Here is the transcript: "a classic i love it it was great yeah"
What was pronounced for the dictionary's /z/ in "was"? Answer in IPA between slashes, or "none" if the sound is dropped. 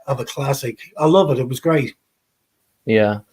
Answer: /z/